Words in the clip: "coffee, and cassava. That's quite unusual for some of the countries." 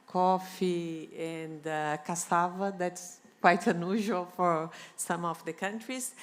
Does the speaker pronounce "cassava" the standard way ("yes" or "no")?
yes